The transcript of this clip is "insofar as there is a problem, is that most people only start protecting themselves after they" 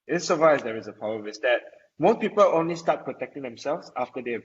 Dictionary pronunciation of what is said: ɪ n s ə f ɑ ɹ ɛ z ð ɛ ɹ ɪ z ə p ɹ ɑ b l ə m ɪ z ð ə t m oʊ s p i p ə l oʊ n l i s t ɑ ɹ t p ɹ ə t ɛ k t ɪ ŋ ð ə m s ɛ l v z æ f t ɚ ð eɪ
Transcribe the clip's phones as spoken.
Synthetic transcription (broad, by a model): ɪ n s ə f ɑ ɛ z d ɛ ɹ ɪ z ə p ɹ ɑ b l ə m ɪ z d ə t m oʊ p i p ə l oʊ n l i s t ɑ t p ɹ ə t ɛ k t ɪ ŋ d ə m s ɛ l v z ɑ f t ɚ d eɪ